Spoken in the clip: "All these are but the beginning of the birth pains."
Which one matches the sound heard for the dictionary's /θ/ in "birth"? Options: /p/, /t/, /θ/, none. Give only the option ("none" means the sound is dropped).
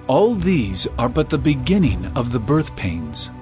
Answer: /θ/